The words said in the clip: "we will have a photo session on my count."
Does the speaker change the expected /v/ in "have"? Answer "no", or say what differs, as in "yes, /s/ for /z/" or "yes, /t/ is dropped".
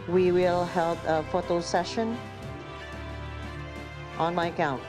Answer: yes, /p/ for /v/